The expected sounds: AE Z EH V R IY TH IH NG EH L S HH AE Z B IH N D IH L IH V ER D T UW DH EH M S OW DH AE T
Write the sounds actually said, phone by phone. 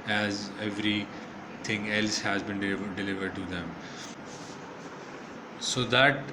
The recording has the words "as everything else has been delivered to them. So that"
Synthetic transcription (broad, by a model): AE Z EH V R IY T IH NG EH L S HH AE Z B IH N D IH L IH V ER D T UW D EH M S OW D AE T